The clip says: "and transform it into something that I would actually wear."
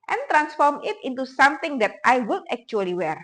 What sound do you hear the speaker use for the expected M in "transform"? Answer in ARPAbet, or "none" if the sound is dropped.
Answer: M